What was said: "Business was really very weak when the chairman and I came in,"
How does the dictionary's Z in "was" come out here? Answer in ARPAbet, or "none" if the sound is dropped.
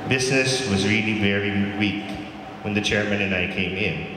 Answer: Z